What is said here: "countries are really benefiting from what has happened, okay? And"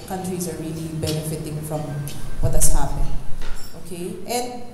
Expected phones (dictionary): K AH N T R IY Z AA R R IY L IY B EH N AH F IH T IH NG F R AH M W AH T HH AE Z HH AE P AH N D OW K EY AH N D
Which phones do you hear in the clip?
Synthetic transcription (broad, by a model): K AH N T R IY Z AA R R IY L IY B EH N AH F IH T IH NG F R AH M W AH T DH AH S HH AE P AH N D OW K EY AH N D